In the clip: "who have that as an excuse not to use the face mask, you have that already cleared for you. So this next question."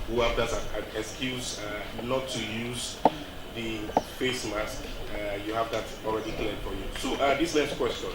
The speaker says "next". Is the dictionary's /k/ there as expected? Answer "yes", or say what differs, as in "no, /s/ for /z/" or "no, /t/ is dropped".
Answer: no, /k/ is dropped